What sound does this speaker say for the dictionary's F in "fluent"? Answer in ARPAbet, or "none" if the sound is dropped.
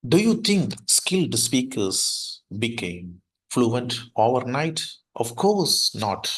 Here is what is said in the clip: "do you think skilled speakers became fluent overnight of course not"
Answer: F